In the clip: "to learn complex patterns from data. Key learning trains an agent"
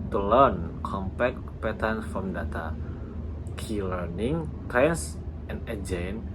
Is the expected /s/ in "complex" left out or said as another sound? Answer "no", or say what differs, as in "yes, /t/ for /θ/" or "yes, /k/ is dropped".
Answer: yes, /s/ is dropped